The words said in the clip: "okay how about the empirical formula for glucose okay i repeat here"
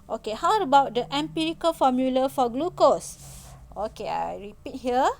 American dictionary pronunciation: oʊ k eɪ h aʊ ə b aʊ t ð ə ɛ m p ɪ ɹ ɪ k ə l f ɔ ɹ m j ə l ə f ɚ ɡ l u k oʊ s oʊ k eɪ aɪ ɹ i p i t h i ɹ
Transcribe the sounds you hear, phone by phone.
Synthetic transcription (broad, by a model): oʊ k eɪ h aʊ ə b aʊ t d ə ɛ m p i ɹ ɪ k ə l f ɔ m j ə l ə f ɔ ɡ l u k oʊ s oʊ k eɪ aɪ ɹ i p i t h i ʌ